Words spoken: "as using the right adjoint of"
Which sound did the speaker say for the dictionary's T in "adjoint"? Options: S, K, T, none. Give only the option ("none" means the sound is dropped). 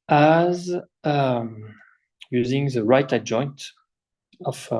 T